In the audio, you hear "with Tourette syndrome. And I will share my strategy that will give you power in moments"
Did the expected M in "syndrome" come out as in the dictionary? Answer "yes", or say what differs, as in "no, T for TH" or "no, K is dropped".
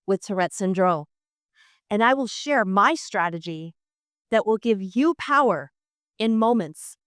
no, M is dropped